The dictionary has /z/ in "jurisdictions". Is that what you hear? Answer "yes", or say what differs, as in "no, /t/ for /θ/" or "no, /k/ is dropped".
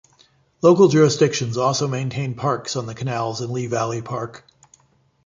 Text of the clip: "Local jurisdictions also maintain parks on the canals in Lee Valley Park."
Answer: yes